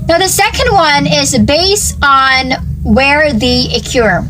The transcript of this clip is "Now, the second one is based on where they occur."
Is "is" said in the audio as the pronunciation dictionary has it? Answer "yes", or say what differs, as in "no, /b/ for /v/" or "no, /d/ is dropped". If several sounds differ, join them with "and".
yes